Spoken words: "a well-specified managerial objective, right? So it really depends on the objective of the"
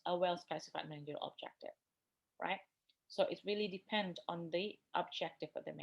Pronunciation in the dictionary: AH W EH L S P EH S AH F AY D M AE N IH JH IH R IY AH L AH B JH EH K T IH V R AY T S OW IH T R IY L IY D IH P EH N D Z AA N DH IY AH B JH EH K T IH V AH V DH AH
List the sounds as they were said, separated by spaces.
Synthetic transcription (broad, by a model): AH W EH L S P EH S AH F AY D M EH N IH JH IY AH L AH B JH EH K T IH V R AY T S OW IH T R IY L IY D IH P EH N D AA N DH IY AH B JH EH K T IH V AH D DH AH